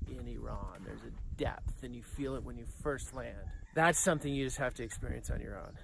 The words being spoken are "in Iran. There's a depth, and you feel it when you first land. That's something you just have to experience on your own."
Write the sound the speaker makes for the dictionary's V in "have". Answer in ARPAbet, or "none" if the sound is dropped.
F